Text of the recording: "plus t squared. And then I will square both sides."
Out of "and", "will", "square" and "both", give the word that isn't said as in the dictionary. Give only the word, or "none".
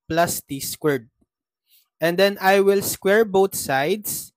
both